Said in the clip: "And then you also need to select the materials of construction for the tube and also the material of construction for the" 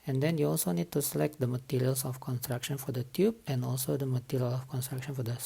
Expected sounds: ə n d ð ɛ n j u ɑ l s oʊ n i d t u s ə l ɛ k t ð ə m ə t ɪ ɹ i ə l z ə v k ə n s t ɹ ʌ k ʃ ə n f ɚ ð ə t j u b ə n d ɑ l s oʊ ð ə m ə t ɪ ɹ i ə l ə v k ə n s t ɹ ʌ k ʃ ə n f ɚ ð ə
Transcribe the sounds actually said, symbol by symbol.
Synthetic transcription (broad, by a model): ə n d ɛ n j u ɑ l s oʊ n i d t u s ə l ɛ k t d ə m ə t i ɹ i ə l s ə f k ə n s t ɹ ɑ k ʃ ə n f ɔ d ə t j u b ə n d ɑ l s oʊ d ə m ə t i ɹ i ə l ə f k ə n s t ɹ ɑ k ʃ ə n f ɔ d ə